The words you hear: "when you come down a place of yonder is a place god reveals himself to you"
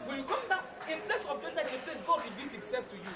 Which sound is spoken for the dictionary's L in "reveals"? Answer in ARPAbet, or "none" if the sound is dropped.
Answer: none